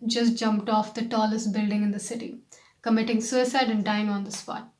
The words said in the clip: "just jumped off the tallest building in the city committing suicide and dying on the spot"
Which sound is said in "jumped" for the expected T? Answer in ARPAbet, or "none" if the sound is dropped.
T